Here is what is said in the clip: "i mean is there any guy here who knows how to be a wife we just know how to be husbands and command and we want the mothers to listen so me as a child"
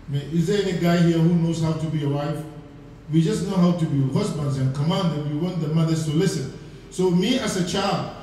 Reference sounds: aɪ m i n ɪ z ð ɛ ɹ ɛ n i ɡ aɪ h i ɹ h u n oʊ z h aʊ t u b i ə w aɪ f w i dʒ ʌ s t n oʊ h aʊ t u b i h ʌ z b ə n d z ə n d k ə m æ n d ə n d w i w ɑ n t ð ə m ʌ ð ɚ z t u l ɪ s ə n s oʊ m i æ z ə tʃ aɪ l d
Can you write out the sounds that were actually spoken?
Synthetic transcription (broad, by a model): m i ɪ z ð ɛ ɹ ɛ n i ɡ aɪ h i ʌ h u n oʊ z h aʊ t u b i ə w aɪ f w i dʒ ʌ s n oʊ h aʊ t u b i h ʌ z b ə n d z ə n k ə m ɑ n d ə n w i w ɑ n t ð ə m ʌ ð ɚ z t u l ɪ s ə n s oʊ m i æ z ə tʃ aɪ l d